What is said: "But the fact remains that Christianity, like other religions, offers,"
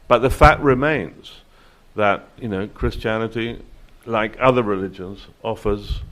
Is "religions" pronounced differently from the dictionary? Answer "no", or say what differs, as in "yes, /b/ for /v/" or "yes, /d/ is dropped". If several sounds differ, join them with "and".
no